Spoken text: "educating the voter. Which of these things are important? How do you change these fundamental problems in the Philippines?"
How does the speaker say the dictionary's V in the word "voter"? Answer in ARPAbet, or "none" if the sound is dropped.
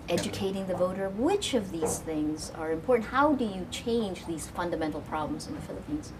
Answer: V